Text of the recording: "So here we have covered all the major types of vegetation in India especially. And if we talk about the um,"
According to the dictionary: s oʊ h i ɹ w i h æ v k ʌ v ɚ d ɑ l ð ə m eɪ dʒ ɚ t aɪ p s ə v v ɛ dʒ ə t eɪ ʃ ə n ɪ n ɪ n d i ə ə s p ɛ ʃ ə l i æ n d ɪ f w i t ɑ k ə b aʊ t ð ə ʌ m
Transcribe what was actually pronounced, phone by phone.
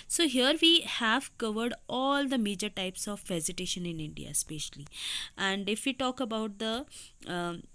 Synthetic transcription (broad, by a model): s oʊ h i ɹ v i h æ v k ʌ v ɚ d ɑ l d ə m eɪ dʒ ɚ t aɪ p s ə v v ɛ z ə t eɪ ʃ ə n ɪ n ɪ n d i ə s p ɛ ʃ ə l i æ n d ɪ f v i t ɑ k ə b aʊ t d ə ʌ